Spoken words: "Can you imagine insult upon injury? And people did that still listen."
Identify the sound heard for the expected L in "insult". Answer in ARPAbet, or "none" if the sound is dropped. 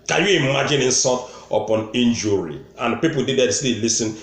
none